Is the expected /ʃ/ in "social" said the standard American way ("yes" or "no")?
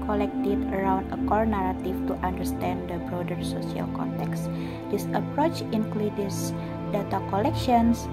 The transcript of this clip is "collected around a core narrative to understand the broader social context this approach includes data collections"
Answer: no